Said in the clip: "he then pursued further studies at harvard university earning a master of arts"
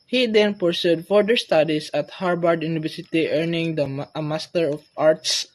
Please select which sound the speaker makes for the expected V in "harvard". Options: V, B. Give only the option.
B